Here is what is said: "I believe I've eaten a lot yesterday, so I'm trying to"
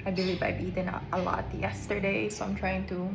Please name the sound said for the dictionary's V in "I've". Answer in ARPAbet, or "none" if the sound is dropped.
B